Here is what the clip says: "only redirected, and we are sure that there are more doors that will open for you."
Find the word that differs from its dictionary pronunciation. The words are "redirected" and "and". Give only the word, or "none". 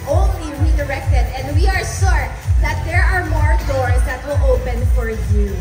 none